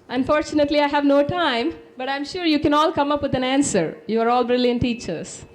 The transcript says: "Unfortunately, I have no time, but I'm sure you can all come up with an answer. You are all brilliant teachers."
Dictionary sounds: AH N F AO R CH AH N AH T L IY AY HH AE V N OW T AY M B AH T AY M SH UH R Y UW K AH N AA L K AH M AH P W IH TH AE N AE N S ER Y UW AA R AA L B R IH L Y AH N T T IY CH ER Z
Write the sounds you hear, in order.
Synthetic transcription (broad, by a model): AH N F AO R CH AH N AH T L IY AY HH AE V N OW T AY M B AH T AY M SH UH R Y UW K AH N AA L K AH M AH P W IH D AE N AE N S ER Y UW AA R AA L B R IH L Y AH N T T IY CH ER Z